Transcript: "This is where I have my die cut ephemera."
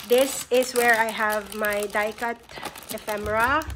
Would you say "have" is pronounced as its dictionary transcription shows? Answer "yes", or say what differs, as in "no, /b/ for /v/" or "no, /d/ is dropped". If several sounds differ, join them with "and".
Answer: yes